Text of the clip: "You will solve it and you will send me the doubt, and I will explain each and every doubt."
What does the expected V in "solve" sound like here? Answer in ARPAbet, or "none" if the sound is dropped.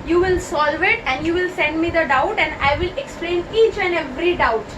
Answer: V